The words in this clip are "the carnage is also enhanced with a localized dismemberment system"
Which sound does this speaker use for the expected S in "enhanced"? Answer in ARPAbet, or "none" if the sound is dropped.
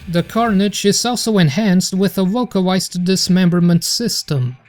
S